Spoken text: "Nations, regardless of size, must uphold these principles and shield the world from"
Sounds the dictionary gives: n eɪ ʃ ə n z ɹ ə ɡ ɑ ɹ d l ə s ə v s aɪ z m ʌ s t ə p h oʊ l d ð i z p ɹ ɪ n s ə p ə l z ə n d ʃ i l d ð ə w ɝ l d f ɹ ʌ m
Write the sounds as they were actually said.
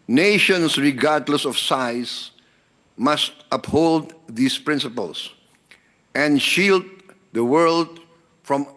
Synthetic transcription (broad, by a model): n eɪ ʃ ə n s ɹ ə ɡ ɑ ɹ d l ə s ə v s aɪ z m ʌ s t ə p h oʊ l d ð i s p ɹ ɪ n s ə p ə l s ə n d ʃ i l d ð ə w ɝ l d f ɹ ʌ m